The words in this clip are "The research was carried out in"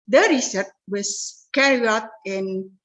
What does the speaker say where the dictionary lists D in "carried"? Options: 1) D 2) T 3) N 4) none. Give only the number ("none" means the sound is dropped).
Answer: 4